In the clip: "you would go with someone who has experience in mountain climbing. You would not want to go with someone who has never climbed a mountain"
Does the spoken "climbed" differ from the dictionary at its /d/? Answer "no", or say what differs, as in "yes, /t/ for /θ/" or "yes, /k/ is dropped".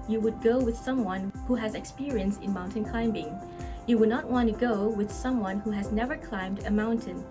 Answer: no